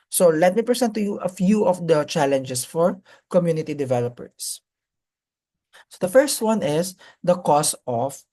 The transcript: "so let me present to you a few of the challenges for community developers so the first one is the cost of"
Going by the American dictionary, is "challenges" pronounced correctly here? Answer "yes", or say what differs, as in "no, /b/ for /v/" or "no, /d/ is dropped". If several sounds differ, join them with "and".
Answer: no, /s/ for /z/